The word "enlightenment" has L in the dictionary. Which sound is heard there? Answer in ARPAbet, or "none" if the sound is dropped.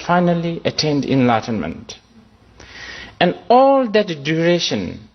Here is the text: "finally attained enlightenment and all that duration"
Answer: L